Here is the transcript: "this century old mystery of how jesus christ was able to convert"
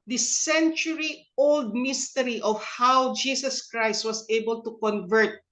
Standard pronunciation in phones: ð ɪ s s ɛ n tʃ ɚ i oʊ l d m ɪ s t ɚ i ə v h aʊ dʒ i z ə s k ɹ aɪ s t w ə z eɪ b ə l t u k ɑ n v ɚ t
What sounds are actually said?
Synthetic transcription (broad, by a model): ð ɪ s s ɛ n tʃ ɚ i oʊ l d m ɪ s t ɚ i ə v h aʊ dʒ i s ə s k ɹ aɪ s t w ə s eɪ b ə l t u k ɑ n v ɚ t